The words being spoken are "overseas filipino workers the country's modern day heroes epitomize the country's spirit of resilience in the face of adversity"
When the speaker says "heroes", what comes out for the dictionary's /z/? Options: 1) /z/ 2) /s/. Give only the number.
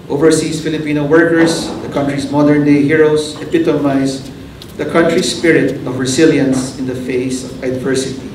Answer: 2